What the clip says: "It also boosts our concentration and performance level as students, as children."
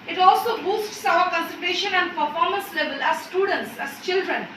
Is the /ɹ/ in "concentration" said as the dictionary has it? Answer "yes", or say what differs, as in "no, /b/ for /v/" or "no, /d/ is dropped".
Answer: no, /ɹ/ is dropped